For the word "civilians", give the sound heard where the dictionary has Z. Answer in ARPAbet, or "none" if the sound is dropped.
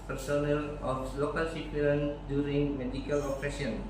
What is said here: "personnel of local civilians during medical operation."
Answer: none